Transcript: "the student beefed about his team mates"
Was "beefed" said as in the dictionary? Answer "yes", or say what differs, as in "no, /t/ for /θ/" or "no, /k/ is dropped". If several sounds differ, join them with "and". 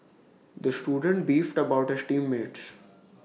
yes